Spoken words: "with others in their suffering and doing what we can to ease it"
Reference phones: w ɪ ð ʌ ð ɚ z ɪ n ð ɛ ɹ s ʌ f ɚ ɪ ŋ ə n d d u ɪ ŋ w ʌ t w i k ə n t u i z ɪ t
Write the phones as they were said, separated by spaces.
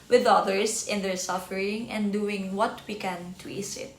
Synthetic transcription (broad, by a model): w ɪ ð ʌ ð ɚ s ɪ n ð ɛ ɹ s ʌ f ɚ ɪ ŋ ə n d d u ɪ ŋ w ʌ t w i k ə n t u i s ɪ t